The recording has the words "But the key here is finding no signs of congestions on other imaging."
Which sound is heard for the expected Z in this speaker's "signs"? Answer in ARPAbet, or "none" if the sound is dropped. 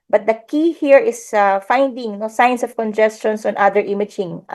S